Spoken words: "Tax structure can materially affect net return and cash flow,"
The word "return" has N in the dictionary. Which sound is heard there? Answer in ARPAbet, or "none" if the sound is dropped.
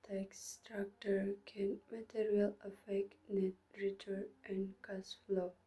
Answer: none